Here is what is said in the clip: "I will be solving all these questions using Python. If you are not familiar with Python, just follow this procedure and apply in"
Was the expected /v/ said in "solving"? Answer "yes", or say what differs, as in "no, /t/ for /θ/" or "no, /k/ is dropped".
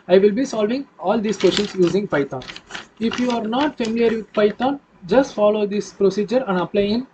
yes